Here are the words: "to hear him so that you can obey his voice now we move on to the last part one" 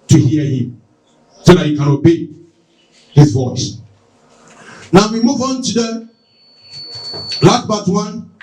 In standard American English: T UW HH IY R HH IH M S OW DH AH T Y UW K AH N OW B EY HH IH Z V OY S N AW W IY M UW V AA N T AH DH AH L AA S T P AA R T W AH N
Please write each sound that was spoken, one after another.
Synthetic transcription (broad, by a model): T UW HH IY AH HH IH M S OW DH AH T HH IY K AH N OW B EY HH IH Z V OY S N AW W IY M UW V AA N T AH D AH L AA T B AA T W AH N